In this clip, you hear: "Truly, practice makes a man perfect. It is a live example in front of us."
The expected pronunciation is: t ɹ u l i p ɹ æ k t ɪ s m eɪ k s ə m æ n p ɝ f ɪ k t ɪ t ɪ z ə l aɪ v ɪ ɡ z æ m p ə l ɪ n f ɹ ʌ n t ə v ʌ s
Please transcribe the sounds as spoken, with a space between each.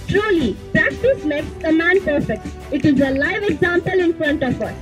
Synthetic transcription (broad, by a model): t ɹ u l i p ɹ æ k t ɪ s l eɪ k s ə m æ n p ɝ f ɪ k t ɪ t ɪ z ə l aɪ v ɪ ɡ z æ m p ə l ɪ n f ɹ ʌ n t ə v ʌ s